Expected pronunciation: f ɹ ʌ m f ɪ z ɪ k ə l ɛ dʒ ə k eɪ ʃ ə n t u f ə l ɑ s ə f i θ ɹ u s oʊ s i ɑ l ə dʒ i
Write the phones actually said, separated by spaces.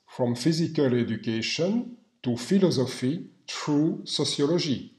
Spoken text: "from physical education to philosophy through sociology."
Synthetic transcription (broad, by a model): f ɹ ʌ m f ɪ z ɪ k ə l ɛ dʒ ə k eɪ ʃ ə n t u f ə l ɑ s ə f i t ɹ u s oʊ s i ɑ l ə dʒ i